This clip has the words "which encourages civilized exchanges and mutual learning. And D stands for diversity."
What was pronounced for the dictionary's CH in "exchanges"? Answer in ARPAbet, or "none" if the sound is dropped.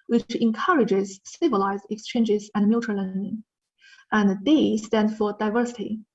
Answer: CH